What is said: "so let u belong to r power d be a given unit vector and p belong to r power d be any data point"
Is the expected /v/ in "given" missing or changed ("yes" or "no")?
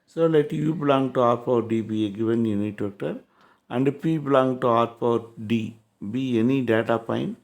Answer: no